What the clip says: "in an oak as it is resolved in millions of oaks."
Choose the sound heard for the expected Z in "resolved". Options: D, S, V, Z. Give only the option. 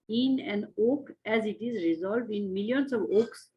Z